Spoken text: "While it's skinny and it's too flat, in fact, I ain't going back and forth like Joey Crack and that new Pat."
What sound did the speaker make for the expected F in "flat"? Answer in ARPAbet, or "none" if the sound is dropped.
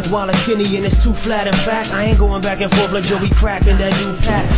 F